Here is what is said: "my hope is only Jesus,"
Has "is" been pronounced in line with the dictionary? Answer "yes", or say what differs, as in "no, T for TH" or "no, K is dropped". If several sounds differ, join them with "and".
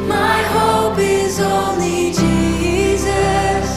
yes